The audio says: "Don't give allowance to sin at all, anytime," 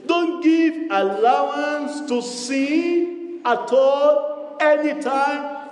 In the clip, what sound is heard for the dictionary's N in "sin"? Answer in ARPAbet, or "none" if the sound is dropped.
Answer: none